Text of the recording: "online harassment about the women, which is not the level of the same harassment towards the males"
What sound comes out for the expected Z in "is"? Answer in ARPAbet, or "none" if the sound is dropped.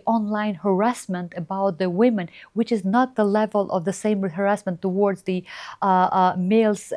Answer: Z